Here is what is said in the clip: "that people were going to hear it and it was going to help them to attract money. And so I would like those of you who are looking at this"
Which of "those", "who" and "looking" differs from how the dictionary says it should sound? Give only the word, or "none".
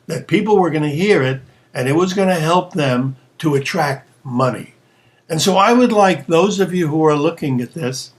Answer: none